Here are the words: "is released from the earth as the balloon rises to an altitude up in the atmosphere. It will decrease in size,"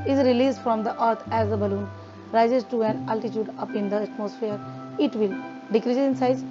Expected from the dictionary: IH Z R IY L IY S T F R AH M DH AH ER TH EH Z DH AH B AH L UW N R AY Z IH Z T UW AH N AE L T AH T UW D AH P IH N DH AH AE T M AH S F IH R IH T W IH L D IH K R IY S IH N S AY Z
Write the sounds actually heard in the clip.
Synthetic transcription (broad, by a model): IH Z R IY L IY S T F R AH M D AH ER T EH Z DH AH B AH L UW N R AY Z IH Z T UW AH N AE L T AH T UW D AH P IH N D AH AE T M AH S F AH R IH T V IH L D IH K R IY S IH N S AY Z